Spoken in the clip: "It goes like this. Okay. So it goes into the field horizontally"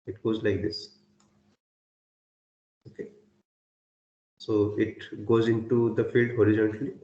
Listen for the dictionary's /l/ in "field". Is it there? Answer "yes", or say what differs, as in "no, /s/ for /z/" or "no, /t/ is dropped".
yes